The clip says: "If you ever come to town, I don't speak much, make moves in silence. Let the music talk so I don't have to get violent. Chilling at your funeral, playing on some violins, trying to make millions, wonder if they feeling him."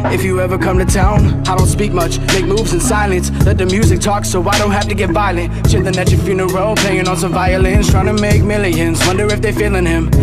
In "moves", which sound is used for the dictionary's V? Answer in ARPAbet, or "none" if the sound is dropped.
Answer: V